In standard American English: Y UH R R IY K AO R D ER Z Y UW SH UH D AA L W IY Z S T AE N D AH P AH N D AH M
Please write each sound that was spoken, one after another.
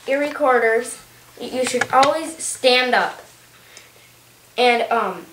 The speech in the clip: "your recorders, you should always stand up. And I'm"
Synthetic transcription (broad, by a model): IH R R IY K AO R D ER Z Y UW SH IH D AA L W IY Z S T AE N D AH P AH N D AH M